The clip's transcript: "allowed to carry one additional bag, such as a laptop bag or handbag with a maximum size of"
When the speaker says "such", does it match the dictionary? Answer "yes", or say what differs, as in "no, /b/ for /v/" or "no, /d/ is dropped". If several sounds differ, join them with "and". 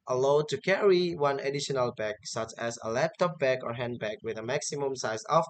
yes